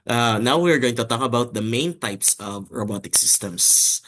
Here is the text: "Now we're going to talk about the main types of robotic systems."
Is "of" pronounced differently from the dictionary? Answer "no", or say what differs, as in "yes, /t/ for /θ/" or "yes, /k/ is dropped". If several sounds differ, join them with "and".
no